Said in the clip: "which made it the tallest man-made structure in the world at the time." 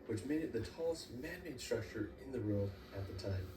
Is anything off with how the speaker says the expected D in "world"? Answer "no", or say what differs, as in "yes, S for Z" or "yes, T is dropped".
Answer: yes, D is dropped